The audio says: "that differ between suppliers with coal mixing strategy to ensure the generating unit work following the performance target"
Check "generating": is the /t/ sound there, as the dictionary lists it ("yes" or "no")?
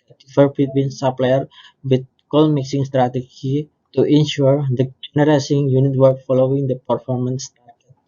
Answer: no